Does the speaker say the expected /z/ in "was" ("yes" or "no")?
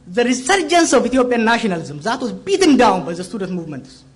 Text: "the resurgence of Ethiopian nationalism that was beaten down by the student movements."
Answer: no